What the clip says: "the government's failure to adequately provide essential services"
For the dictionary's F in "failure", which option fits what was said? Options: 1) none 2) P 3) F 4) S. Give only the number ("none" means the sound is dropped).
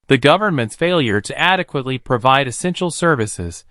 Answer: 3